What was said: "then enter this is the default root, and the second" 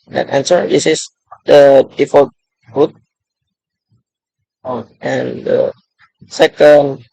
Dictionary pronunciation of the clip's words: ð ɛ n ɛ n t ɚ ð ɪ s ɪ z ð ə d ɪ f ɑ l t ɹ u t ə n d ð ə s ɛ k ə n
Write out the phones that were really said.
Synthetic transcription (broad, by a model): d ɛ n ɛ n s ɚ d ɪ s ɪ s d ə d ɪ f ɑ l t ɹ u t ə n d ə s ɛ k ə n